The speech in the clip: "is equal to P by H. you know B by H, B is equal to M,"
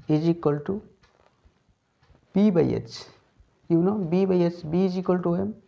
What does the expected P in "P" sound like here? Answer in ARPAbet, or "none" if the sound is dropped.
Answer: B